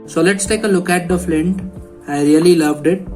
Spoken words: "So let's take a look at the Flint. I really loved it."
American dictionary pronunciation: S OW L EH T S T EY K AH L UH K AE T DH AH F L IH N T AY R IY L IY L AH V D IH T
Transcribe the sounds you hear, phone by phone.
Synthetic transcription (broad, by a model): S OW L EH T S T EY K AH L UH K AE T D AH F L IH N T AY R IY L IY L AH V D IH T